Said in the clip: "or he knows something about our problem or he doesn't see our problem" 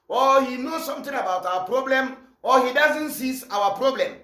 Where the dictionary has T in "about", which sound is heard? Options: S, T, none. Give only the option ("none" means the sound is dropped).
T